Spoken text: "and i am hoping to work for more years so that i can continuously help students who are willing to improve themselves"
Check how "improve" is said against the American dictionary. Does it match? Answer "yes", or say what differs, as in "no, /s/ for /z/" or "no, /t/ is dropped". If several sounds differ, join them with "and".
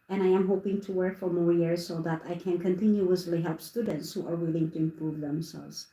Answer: yes